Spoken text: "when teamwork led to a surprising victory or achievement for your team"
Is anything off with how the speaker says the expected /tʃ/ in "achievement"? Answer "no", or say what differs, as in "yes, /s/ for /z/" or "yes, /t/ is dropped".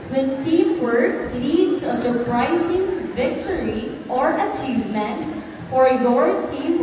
no